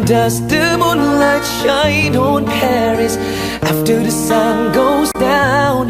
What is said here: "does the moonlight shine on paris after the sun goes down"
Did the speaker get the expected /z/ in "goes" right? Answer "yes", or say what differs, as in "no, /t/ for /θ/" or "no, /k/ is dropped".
yes